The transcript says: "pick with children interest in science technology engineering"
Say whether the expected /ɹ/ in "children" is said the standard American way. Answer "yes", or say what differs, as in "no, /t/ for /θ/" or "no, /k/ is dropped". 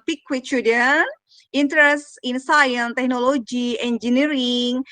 no, /ɹ/ is dropped